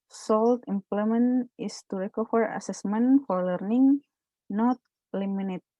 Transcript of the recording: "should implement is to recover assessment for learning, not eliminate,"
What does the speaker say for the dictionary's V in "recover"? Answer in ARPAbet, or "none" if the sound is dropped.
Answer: F